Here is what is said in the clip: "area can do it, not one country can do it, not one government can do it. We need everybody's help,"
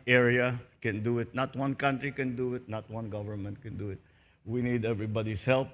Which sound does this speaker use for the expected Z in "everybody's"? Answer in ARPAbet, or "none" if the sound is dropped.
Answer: S